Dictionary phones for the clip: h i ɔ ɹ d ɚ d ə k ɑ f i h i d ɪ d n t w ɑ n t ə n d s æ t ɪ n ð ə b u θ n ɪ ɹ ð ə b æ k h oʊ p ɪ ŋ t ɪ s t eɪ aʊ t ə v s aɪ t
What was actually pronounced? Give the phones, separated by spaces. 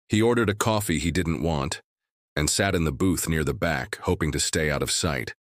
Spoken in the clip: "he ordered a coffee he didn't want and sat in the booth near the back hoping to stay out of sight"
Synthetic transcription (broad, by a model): h i ɔ ɹ d ɚ d ə k ɑ f i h i d ɪ d n t w ɑ n t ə n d s æ t ɪ n ð ə b u θ n ɪ ɹ ð ə b æ k h oʊ p ɪ ŋ t ɪ s t eɪ aʊ t ə v s aɪ t